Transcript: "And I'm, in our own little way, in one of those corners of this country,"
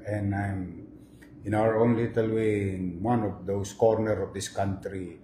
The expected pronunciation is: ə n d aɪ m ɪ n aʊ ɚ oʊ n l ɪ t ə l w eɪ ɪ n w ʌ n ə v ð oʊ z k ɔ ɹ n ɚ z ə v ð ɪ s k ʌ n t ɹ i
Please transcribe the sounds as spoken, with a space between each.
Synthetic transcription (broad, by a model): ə n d aɪ m ɪ n aʊ ɚ oʊ n l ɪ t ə l w eɪ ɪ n w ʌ n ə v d oʊ s k ɔ ɹ n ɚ ə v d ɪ s k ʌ n t ɹ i